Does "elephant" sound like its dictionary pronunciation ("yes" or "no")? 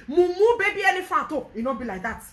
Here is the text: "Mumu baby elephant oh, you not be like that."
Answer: no